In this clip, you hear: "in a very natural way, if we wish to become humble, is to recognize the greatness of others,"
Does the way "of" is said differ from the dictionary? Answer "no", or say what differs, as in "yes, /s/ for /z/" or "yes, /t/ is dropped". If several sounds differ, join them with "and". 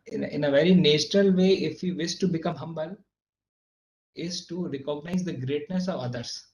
no